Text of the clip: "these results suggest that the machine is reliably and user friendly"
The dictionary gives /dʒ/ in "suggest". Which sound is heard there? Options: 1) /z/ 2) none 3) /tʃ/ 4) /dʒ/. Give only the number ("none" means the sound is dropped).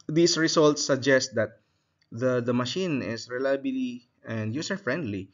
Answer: 4